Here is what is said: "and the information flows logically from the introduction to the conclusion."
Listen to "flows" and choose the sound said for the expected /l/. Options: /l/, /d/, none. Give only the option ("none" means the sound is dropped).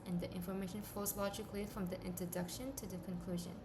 none